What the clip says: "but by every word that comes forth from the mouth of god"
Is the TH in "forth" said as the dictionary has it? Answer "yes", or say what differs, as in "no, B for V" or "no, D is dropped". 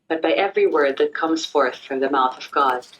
yes